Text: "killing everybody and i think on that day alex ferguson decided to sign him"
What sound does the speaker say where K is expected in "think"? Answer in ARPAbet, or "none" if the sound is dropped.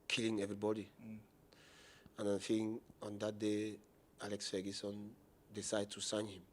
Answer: none